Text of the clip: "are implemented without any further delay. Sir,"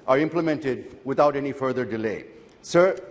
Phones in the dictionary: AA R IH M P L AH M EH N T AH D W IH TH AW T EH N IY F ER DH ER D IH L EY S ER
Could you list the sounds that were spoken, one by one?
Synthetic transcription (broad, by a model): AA R IH M P L AH M EH N T AH D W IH T AW T EH N IY F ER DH ER D IH L EY S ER